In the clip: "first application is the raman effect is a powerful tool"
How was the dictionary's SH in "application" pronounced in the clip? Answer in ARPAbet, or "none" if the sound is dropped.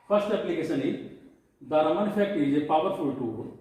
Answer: S